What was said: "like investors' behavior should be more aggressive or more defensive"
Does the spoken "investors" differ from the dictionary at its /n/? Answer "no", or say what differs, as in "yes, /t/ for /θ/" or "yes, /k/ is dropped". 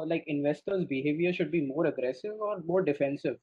no